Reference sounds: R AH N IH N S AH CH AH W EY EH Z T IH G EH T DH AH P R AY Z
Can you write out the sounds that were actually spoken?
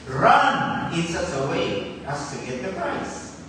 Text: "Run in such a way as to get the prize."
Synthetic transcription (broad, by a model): R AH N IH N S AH S AH W EY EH S T IH G EH T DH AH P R AY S